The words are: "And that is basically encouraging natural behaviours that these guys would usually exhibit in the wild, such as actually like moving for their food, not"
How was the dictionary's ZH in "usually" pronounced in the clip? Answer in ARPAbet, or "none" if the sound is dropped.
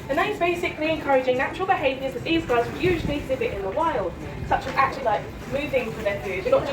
ZH